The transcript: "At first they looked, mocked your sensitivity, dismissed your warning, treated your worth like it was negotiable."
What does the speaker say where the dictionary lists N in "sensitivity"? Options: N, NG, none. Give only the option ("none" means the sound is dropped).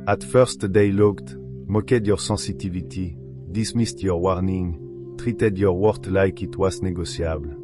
none